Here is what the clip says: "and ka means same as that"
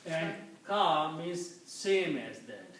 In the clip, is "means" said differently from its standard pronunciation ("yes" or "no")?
yes